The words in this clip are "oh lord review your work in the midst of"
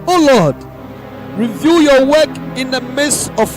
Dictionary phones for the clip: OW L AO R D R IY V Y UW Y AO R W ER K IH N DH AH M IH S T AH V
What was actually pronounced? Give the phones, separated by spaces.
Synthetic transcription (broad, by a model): OW L AO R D R IY V Y UW Y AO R W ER K IH N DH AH M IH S AH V